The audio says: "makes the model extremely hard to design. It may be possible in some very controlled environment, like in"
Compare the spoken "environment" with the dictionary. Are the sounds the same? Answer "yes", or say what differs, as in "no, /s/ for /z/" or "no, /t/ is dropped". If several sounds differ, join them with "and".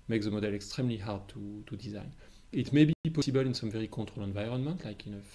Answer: yes